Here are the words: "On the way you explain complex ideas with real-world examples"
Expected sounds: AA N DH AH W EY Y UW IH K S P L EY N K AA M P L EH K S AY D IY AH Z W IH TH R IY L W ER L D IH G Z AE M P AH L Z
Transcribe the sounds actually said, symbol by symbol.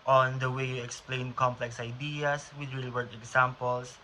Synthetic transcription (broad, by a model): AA N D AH W EY Y UW IH K S P L EY N K AA M P L EH K S AY D IY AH S W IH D R IY L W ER D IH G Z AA M P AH L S